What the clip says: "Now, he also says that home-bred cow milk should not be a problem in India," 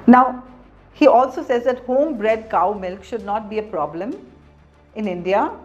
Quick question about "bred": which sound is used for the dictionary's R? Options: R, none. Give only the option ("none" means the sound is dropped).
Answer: R